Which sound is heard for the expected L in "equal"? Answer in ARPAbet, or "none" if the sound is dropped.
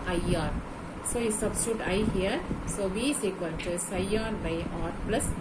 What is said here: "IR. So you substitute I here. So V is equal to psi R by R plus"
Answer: N